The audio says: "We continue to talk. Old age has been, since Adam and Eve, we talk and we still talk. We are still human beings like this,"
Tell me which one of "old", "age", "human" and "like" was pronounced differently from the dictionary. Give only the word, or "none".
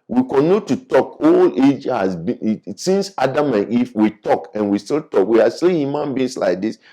old